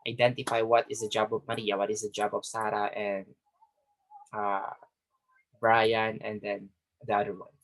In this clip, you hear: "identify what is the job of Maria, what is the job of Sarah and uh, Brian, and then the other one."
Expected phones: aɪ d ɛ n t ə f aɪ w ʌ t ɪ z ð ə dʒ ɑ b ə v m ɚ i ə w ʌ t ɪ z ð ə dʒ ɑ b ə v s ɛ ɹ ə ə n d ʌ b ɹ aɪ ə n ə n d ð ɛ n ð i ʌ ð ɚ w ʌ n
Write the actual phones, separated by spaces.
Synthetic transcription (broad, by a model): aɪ d ɛ n t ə f aɪ w ʌ t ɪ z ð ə dʒ ɑ b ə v m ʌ i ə w ʌ t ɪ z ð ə dʒ ɑ b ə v s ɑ ɹ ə ə n d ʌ b ɹ aɪ ə n ə n d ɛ n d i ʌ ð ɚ w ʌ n